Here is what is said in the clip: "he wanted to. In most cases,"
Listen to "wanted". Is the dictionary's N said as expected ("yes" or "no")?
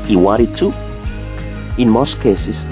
no